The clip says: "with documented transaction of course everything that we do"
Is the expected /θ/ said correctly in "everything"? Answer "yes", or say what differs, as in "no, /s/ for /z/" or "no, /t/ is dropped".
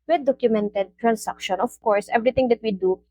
no, /t/ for /θ/